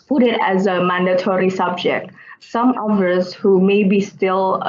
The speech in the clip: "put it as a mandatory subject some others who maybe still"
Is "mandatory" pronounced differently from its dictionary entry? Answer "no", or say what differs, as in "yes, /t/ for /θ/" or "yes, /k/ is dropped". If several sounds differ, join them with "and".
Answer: no